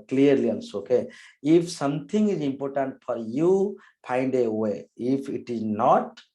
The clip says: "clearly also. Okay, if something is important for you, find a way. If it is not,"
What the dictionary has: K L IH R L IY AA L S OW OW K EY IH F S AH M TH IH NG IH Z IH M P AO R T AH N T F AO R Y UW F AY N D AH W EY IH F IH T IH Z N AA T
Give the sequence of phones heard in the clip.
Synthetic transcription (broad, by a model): K L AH R L IY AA N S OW OW K EY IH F S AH M T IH NG IH Z IH M P AO R T AH N T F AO R Y UW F AY N D AH W EY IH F IH T IH Z N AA T